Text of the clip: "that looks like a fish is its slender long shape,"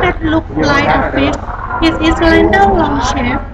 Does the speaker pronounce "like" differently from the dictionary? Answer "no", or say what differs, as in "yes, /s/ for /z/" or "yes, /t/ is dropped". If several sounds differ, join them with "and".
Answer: yes, /k/ is dropped